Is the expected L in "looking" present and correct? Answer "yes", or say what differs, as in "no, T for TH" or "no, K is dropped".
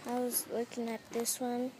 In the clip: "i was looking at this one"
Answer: no, W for L